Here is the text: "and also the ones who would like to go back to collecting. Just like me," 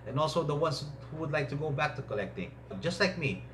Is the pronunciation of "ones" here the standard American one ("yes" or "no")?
no